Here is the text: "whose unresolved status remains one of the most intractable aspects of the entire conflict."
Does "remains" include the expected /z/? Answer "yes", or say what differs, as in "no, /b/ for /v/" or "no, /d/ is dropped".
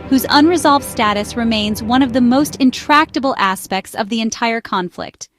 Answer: yes